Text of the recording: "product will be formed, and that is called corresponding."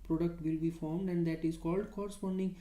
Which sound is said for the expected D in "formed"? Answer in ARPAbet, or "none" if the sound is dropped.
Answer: D